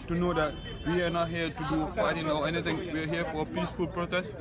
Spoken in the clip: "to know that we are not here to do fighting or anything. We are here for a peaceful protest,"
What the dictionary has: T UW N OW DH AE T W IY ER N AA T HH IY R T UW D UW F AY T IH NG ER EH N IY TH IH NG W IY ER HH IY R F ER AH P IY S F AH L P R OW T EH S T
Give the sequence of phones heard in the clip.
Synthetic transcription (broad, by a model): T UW N OW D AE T W IY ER N AA T HH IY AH T UW D UW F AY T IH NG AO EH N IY T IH NG W IY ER HH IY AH F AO AH P IY S F AH L P R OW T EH S